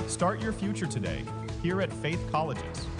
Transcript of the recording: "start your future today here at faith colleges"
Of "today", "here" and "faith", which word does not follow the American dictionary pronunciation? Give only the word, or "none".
none